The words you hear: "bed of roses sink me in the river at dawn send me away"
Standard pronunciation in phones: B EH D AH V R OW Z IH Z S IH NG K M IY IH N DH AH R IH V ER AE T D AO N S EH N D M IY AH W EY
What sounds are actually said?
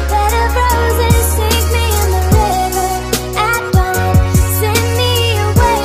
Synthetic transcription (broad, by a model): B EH D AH B R OW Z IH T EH IH K M IY IH N DH AH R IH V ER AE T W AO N S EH N M IY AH W EY